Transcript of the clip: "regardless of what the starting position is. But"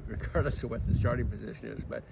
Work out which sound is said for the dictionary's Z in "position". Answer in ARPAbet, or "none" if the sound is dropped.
Z